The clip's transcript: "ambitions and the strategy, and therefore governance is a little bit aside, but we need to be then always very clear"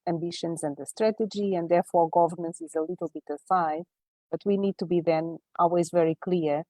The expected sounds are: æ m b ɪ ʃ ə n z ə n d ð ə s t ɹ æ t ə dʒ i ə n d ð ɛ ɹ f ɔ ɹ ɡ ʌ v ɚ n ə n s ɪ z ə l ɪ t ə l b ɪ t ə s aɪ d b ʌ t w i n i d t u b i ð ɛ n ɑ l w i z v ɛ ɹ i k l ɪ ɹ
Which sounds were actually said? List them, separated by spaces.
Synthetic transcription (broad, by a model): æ m b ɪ ʃ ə n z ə n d ð ə s t ɹ æ t ə dʒ i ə n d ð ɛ ɹ f ɔ ɹ ɡ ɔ v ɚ n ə n s ɪ z ə l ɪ t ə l b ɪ t ə s aɪ d b ʌ t w i n i d t u b i ð ɛ n ɑ l w i z v ɛ ɹ i k l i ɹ